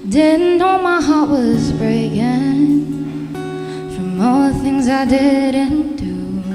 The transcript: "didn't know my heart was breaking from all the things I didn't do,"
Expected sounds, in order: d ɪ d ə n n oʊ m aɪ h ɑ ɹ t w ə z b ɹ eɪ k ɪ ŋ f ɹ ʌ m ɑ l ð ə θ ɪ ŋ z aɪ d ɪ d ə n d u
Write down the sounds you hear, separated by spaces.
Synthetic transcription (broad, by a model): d ɪ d n n oʊ m aɪ h ɑ ɹ t w ə z b ɹ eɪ k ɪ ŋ f ɹ ʌ m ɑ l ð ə θ ɪ ŋ z aɪ d ɪ d ə n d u